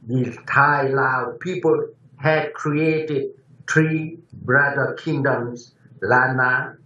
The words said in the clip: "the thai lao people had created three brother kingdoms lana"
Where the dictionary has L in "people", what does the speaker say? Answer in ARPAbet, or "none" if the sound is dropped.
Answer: L